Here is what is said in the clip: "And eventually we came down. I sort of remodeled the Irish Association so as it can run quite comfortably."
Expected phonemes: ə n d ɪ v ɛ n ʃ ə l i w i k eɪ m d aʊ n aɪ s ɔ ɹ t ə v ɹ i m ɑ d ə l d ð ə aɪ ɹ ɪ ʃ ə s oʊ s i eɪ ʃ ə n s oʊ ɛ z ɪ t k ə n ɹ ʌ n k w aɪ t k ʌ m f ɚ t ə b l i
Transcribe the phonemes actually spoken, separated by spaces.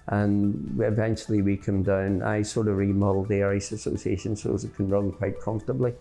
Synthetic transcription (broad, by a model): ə n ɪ v ɛ n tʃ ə l i w i k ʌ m d aʊ n aɪ s ɔ ɹ t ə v ɹ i m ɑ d l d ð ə ɹ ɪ s ə s oʊ s i eɪ ʃ ə n s oʊ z ɪ t k ə n ɹ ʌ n k w aɪ t k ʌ m f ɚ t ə b l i